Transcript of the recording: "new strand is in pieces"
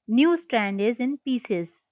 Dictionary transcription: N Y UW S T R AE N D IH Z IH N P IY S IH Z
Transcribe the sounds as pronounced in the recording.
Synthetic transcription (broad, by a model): N Y UW S T R AE N D IH Z IH N P IY S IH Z